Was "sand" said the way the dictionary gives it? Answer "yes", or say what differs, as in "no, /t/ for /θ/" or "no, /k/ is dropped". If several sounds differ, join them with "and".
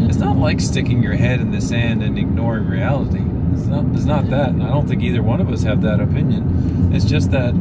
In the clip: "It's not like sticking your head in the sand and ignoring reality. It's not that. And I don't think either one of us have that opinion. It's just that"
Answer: yes